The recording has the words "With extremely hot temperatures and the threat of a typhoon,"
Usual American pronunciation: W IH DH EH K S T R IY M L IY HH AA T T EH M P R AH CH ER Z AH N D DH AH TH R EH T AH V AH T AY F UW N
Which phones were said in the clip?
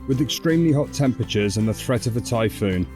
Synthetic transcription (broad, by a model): W IH DH EH K S T R IY M L IY HH AA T T EH M P R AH CH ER Z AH N DH AH TH R EH T AH V AH T AY F UW N